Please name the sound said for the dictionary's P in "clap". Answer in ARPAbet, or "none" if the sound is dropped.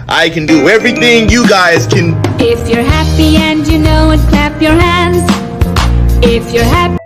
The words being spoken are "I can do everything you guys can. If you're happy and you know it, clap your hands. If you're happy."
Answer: P